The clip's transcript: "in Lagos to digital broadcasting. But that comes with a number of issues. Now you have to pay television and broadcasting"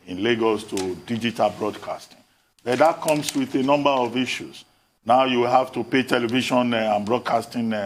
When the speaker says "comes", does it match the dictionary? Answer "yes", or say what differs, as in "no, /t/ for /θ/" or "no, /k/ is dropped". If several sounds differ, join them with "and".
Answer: no, /s/ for /z/